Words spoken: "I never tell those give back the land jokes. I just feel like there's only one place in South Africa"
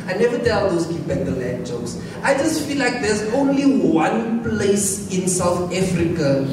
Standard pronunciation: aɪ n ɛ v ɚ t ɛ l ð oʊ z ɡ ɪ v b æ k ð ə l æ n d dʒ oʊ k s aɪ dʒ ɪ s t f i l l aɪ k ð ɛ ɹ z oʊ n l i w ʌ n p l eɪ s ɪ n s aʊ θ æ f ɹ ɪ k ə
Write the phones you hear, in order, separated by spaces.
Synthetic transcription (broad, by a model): aɪ n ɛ v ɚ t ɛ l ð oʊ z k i p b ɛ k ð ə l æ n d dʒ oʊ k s aɪ dʒ ɪ s t f i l l aɪ k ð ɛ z oʊ n l i w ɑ n p l eɪ s ɪ n s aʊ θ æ f ɹ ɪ k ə